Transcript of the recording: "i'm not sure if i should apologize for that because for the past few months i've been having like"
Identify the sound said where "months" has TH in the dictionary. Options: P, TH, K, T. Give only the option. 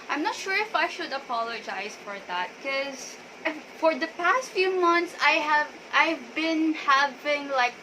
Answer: T